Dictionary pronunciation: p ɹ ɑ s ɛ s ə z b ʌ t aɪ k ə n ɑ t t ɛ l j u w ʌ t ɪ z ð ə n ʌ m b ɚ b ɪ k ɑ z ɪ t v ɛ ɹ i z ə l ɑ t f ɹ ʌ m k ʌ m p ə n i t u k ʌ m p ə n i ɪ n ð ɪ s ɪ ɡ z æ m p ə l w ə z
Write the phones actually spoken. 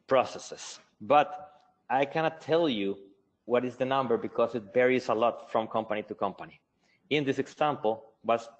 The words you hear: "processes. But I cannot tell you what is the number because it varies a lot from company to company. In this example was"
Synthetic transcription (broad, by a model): p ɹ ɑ s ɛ s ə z b ʌ t aɪ k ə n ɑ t t ɛ l j u w ʌ t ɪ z ð ə n ʌ m b ɚ b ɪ k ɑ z ɪ t b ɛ ɹ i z ə l ɑ t f ɹ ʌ m k ʌ m p ə n i t u k ʌ m p ə n i ɪ n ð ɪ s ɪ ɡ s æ m p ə l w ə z